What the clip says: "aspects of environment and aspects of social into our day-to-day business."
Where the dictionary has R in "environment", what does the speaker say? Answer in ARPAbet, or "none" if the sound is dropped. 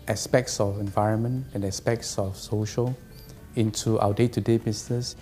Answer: R